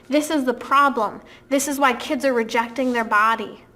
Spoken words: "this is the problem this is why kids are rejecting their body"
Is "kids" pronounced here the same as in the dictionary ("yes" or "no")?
yes